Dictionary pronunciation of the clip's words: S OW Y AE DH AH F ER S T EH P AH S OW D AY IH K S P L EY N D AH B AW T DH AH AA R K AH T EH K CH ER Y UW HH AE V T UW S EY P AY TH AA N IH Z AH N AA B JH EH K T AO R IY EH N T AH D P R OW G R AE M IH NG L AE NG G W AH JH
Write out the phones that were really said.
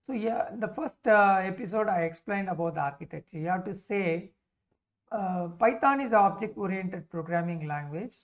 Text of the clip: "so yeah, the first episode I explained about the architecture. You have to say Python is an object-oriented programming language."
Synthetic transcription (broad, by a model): S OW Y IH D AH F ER S T EH P AH S OW D AY IH K S P L EY N D AH B AW T AA R K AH T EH K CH Y UW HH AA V T UW S EY P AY T AA N IH Z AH AA B JH EH K T AO R IY EH N T AH D P R OW G R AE M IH NG L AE NG G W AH JH